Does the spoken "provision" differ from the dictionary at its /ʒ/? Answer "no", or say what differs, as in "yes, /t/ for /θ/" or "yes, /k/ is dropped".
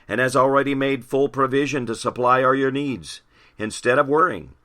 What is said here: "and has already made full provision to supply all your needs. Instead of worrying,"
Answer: no